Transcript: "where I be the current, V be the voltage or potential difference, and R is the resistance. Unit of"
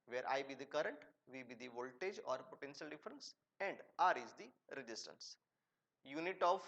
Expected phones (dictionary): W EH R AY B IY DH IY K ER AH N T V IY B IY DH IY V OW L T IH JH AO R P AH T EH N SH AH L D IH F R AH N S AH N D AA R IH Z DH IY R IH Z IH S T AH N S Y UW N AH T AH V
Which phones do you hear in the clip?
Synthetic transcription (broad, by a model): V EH R AY B IY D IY K ER AH N T V IY B IY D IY V OW L T IH JH AO R P AH T EH N SH AH L D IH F R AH N S AH N D AA R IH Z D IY R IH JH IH S T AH N S Y UW N AH T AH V